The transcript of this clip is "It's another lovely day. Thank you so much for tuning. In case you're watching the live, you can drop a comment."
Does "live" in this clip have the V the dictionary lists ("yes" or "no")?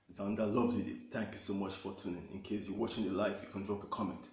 no